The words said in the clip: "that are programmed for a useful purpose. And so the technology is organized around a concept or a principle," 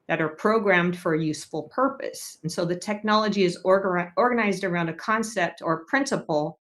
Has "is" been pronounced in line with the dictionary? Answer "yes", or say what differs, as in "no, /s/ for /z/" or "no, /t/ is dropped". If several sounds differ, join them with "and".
yes